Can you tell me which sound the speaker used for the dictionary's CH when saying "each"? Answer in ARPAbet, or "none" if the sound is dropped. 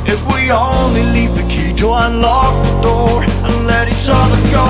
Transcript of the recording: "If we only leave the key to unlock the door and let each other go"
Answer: S